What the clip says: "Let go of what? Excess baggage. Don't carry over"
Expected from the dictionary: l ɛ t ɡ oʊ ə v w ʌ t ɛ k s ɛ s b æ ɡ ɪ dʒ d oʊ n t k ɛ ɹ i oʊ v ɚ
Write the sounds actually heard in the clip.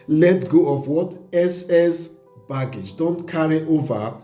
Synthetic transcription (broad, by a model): l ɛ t ɡ oʊ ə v w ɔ t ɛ s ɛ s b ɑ ɡ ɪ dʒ d oʊ n t k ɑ ɹ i oʊ v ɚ